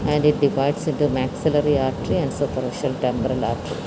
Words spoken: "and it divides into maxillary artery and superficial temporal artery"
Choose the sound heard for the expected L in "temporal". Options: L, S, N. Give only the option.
L